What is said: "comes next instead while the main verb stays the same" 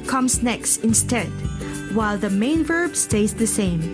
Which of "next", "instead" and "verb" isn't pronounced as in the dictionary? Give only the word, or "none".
none